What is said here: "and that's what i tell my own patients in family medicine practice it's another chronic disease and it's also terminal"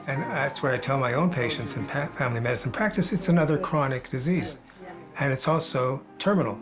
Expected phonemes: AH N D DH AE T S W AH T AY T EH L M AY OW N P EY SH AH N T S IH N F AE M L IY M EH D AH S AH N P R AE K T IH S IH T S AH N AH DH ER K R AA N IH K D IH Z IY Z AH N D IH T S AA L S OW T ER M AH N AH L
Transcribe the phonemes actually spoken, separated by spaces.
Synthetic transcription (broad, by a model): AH N DH AE T S W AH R AY T EH L M AY OW N P EY SH AH N T S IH N F AE M L IY M EH D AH S N P R AE K T IH S IH T S AH N AH DH ER K R AA N IH K D IH Z IY Z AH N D IH T S AA L S OW T ER M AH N L